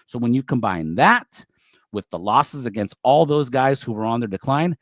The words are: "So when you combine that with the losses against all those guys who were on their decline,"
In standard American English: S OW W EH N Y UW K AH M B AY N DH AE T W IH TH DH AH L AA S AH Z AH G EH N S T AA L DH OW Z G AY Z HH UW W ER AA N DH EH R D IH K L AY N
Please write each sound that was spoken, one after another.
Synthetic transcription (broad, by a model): S OW W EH N Y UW K AH M B AY N DH AE T W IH DH AH L AA S AH Z AH G EH N S T AA L DH OW Z G AY Z HH UW W ER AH N DH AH R D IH K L AY N